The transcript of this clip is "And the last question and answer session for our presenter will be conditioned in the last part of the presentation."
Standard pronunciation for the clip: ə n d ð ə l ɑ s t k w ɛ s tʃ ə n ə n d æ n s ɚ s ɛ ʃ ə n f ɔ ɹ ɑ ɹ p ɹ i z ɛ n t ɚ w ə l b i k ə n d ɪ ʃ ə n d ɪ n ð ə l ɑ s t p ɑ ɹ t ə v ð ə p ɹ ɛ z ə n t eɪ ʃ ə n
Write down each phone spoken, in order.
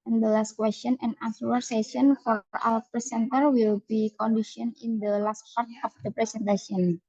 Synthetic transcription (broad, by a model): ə n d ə l ɑ s t k w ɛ s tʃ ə n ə n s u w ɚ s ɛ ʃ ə n f ɔ ɹ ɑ l p ɹ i s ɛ n t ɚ w ə l b i k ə n d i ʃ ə n ɪ n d ə l ɑ s t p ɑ ɹ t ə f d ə p ɹ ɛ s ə n t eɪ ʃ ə n